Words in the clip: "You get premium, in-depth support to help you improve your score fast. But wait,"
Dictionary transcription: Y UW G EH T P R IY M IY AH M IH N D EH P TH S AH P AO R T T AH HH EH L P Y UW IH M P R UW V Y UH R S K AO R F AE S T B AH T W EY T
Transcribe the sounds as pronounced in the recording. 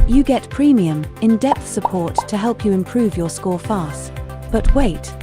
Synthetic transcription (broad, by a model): Y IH G EH T P R IY M IY AH M IH N D EH P TH S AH P AO R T T AH HH EH L P Y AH IH M P R UW V Y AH R S K AO R F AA S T B AH T W EY T